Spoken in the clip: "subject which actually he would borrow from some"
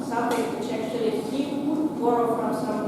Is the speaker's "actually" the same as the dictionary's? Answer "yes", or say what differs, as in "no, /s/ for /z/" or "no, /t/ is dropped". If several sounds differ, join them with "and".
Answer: no, /l/ is dropped